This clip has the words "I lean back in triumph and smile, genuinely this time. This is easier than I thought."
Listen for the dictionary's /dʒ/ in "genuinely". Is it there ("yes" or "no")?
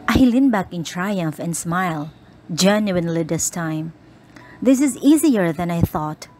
yes